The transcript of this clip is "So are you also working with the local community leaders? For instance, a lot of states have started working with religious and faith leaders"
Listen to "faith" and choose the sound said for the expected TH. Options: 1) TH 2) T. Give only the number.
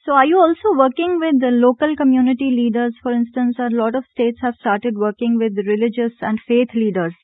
2